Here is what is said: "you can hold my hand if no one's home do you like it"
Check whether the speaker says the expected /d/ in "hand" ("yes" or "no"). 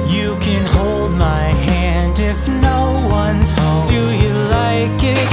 yes